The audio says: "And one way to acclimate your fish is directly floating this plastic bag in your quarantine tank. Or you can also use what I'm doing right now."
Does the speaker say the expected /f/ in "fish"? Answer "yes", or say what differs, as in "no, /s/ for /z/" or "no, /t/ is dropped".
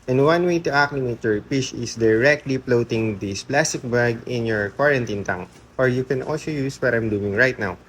no, /p/ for /f/